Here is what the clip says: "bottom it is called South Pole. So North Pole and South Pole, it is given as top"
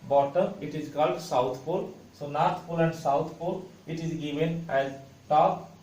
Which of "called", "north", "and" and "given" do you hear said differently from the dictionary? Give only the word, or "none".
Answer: north